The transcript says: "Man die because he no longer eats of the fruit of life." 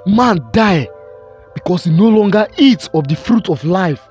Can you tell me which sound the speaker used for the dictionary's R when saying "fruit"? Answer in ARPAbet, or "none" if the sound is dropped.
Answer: R